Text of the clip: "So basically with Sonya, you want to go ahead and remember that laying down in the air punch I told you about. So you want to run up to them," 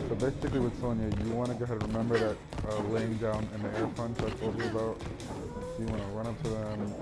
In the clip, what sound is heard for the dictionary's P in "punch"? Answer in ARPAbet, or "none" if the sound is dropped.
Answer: F